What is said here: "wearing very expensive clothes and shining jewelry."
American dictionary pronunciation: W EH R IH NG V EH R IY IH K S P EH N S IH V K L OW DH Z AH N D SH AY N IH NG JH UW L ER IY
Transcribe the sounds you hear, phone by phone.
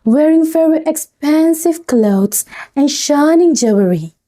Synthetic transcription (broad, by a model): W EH R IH NG F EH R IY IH K S P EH N S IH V K L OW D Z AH N SH AY N IH NG JH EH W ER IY